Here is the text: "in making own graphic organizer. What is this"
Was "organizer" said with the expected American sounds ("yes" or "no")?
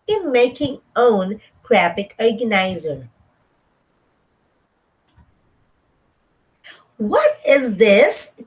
yes